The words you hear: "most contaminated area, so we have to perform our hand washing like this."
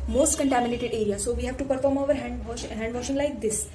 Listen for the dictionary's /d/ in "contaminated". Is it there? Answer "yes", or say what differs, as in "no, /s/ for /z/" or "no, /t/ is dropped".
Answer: yes